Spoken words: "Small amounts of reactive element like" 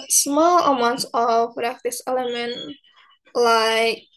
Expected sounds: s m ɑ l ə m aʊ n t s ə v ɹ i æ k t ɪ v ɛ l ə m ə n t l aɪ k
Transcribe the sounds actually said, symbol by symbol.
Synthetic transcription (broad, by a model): s m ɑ l ə m aʊ n t s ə p ɹ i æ k t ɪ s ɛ l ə m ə n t l aɪ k